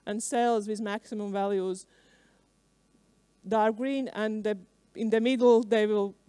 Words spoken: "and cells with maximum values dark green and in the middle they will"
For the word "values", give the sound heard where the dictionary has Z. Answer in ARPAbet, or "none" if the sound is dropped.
Z